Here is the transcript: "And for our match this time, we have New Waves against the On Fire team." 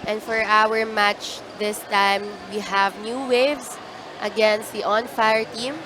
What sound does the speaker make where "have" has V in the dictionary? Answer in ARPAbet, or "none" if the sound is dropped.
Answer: V